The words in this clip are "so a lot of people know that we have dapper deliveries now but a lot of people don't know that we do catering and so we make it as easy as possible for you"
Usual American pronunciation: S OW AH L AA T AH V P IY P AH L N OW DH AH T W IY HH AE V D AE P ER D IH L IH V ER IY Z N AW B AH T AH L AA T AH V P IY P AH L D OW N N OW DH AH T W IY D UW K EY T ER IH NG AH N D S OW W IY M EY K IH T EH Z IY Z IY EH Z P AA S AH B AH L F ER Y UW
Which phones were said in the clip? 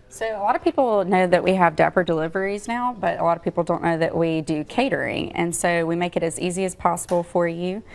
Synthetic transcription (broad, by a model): S OW AH L AA T AH V P IY P L N OW DH AH T W IY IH V D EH P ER D IH L IH V ER IY Z N AW B AH T AH L AA T AH V P IY P L D OW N N OW DH AH T W IY D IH K EY T ER IH NG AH N S OW W IY M EY K IH T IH Z IY Z IY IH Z P AA S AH B L F ER Y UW